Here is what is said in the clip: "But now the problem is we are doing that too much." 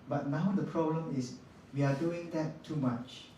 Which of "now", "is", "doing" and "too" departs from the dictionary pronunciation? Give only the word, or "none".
is